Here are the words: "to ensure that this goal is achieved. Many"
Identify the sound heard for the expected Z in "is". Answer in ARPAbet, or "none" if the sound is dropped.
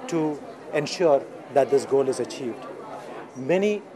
Z